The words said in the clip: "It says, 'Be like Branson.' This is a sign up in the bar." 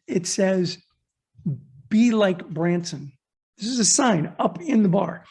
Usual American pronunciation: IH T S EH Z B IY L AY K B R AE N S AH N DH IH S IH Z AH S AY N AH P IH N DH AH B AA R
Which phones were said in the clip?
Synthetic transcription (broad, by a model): IH T S EH Z B IY L AY K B R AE N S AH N DH IH S IH Z AH S AY N AH P IH N DH AH B AA R